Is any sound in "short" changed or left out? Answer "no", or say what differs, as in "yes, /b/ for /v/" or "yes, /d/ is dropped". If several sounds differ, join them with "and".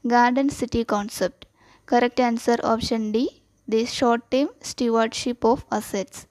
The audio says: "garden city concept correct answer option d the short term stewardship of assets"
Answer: no